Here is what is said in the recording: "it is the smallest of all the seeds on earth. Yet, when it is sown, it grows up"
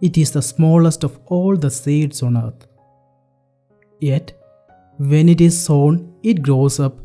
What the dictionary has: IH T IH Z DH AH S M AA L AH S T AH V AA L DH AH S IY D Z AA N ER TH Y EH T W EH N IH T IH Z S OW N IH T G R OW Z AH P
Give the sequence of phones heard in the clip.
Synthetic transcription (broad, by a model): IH T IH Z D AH S M AA L AH S T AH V AA L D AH S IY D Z AA N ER T Y EH T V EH N IH T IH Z S OW N IH T G R OW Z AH P